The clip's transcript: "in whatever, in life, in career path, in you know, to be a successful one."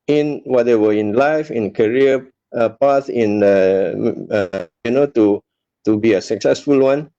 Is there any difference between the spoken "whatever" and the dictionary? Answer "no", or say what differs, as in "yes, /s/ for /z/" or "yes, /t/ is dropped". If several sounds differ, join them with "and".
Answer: yes, /w/ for /v/